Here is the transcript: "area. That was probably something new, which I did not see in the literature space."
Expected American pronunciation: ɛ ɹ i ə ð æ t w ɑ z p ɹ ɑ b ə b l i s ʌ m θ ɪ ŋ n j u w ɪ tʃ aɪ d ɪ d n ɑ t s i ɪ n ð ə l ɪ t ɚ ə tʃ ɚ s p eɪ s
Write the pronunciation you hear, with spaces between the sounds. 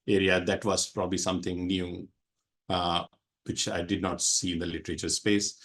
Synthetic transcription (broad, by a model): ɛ ɹ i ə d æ t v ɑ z p ɹ ɑ b ə b l i s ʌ m t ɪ ŋ n j u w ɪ tʃ aɪ d ɪ d n ɑ t s i ɪ n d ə l ɪ t ɚ ə tʃ ɚ s p eɪ s